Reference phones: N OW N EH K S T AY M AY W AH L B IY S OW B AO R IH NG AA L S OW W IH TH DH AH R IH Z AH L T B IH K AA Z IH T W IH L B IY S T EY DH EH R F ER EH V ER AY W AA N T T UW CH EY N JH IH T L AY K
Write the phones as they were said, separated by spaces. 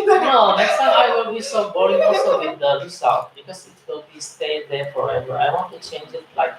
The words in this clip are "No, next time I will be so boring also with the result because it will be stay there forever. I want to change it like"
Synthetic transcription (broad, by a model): N OW N EH K S T AY M AY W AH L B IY S OW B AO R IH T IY S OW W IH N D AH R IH S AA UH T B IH K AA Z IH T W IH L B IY S T EY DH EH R F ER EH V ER AY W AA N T T UW CH EY N JH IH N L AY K